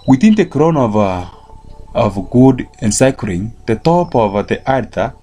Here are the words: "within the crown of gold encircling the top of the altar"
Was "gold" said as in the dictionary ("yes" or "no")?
no